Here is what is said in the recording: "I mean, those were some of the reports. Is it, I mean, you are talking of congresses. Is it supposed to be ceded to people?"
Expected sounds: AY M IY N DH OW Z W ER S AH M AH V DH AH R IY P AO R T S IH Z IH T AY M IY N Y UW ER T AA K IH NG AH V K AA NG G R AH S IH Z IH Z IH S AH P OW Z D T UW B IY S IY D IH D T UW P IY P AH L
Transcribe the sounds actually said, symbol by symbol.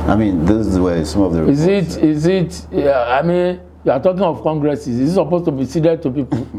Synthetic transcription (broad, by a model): AY M IY N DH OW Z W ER S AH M AH V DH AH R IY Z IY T IH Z IH T AY M IY N Y UW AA T AA K IH NG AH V K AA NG G R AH S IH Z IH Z IH S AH P OW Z T UW B IY S IY D IH D T UW P IY P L